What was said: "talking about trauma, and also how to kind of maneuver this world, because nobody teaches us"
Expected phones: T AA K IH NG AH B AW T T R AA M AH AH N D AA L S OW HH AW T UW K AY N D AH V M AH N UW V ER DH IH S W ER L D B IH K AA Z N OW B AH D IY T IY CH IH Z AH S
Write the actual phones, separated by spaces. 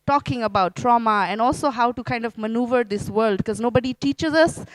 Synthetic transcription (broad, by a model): T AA K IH NG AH B AW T T R AA M AH AH N D AA L S OW HH AW T UW K AY N D AH V M AH N UW V ER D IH S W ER L D K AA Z N OW B AH D IY T IY CH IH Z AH S